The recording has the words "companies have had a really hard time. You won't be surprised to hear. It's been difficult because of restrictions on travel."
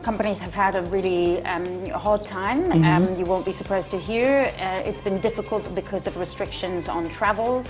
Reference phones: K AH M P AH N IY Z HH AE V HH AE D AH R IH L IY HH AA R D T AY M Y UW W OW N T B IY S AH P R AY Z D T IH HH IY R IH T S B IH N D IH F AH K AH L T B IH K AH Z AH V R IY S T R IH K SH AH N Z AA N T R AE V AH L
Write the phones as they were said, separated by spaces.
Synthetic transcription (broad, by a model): K AH M P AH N IY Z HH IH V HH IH D AH R IH L IY HH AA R D T AY M Y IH W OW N B IY S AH P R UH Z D T IH HH IY R IH T S B IH N D IH F AH K AH L T B IH K AH Z AH V R IY S T R IH K SH AH N Z N T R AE V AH L